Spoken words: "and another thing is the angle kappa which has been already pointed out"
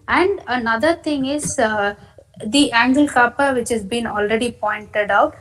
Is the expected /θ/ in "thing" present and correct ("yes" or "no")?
no